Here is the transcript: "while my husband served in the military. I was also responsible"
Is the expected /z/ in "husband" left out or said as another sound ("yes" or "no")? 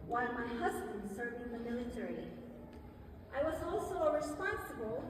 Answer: no